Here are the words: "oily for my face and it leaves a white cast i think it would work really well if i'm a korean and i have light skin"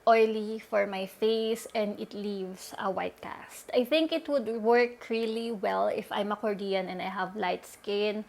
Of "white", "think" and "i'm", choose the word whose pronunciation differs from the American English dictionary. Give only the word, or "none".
none